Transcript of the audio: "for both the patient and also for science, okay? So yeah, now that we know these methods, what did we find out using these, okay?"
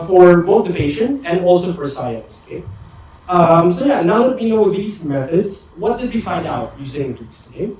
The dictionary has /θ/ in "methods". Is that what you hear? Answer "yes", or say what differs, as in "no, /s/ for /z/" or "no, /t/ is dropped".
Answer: yes